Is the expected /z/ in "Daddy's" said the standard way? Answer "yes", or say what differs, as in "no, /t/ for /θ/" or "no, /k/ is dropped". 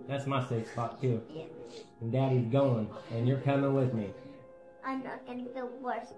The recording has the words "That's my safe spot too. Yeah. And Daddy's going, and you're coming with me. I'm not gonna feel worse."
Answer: yes